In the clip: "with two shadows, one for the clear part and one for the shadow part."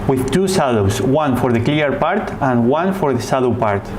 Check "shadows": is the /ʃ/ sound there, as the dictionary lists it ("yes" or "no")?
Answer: no